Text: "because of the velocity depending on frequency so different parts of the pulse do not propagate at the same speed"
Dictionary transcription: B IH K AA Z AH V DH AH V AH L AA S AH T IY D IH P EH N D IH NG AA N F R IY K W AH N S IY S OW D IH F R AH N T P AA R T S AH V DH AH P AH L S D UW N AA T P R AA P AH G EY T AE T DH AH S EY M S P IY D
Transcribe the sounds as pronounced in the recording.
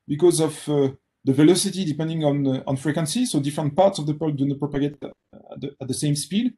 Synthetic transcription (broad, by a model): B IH K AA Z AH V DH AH V AH L AA S AH T IY D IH P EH N D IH NG AA N F R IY K W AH N S IY S OW D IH F R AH N T P AA R T S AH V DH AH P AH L D UW N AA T P R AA P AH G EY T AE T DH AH S EY M S P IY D